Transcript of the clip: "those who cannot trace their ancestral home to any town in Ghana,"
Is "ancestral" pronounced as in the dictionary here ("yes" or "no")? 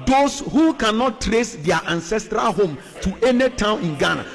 yes